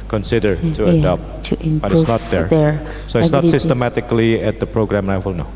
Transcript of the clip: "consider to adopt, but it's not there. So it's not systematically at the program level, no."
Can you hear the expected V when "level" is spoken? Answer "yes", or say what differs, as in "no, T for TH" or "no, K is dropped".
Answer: no, W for V